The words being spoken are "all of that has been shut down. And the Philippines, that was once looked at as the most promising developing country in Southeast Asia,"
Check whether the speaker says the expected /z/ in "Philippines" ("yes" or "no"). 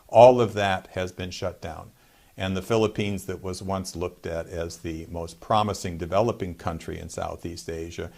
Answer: yes